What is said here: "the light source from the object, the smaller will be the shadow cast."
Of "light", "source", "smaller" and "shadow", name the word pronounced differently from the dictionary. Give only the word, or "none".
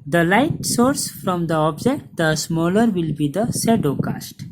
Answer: shadow